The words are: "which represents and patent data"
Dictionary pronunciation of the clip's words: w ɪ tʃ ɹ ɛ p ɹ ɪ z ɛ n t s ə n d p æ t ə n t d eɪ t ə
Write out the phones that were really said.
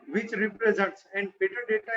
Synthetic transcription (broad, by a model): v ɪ tʃ ɹ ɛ p ɹ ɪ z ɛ n t s ə n d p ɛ t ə t d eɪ t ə